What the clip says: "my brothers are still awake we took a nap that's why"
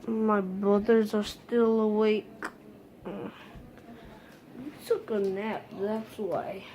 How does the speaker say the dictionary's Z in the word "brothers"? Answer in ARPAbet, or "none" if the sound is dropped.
Z